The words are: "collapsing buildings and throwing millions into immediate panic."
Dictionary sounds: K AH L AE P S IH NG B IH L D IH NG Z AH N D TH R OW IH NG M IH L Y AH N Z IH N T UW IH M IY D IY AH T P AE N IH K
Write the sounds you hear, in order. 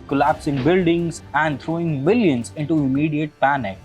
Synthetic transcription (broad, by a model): K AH L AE P S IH NG B IH L D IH NG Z AH N D T R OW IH NG M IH L Y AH N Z IH N T UW IH M IY D IY AH T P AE N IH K